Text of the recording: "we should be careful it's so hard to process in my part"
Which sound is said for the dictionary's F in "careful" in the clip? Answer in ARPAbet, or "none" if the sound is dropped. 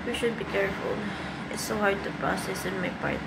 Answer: F